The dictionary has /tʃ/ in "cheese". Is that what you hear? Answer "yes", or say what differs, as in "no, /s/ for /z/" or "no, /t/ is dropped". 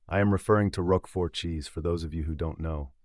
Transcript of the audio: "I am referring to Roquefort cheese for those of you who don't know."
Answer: yes